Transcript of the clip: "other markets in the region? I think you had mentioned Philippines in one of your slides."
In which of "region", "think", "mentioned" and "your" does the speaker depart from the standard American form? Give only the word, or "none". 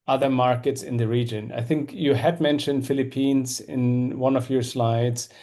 none